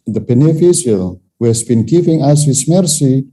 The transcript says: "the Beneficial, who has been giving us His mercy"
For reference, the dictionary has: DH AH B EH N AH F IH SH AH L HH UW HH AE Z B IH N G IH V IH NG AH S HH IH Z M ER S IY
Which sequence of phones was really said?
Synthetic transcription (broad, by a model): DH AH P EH N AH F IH S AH L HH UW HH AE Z B IH N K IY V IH NG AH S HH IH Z M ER S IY